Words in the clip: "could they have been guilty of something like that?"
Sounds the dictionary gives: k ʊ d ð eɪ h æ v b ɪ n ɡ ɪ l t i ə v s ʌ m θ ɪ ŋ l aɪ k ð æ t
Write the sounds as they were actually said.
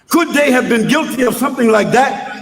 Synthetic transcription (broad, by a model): k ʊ d ð eɪ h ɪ v b ɪ n ɡ ɪ l t i ə v s ʌ m θ ɪ ŋ l aɪ k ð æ t